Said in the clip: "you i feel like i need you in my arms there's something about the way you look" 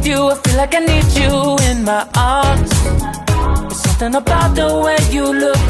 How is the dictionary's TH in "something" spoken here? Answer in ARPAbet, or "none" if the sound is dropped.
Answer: TH